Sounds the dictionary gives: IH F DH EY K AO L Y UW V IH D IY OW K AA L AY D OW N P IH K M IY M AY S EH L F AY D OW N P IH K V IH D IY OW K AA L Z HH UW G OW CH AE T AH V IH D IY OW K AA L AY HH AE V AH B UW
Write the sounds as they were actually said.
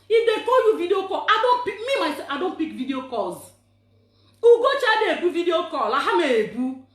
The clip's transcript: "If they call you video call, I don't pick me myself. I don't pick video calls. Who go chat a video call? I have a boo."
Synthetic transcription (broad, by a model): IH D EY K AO Y UW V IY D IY OW K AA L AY D OW N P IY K M IY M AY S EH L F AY D OW N P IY K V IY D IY OW K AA Z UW G OW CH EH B AH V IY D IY OW K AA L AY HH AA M AH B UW